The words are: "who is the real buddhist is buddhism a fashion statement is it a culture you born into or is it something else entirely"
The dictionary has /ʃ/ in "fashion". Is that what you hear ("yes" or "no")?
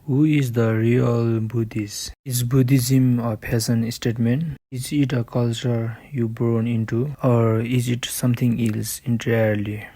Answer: no